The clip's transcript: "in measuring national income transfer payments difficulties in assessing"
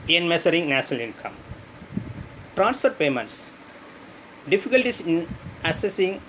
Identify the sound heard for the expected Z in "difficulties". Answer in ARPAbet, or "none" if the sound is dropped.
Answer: S